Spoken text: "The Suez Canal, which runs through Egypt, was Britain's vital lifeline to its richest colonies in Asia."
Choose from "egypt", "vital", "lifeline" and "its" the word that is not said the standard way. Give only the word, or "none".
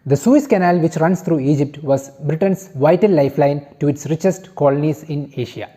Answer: none